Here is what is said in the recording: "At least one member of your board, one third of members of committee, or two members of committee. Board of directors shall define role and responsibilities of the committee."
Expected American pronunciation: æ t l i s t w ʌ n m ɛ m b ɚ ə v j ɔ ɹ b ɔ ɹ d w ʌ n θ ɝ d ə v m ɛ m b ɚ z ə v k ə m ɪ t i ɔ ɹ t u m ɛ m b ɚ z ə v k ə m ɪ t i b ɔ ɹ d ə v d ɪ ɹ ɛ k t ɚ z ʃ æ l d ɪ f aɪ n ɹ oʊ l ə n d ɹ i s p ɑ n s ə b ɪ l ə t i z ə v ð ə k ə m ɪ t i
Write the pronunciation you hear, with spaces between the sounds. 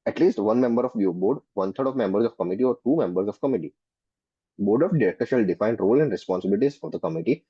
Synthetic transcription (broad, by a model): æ t l i s t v ʌ n m ɛ m b ɚ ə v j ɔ b ɔ ɹ d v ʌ n t ɝ d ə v m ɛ m b ɚ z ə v k ə m ɪ t i ɔ ɹ t u m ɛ m b ɚ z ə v k ə m ɪ t i b ɔ ɹ d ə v d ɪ ɹ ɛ k t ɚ ʃ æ l d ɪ f aɪ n ɹ oʊ l ə n d ɹ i s p ɑ n s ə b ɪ l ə t i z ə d ə k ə m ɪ t i